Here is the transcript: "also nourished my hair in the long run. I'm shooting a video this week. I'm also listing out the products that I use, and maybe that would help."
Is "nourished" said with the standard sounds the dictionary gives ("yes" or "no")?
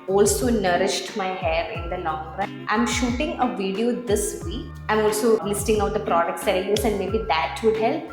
yes